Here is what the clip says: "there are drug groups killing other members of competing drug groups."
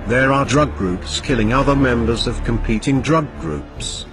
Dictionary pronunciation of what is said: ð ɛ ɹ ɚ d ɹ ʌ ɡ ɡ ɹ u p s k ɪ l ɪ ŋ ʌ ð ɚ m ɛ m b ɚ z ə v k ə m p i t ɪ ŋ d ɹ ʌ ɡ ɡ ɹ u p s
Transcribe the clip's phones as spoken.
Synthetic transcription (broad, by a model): ð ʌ ɹ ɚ d ɹ ʌ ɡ ɡ ɹ u p s k ɪ l ɪ ŋ ʌ ð ɚ m ɛ m b ɚ z ə v k ə m p i t ɪ ŋ d ɹ ʌ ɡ ɡ ɹ u p s